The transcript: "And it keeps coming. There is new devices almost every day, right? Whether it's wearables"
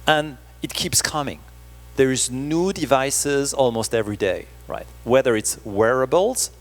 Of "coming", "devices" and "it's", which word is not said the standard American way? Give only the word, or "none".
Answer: none